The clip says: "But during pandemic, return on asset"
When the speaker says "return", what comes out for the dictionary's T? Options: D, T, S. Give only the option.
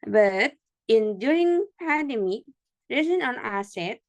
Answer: S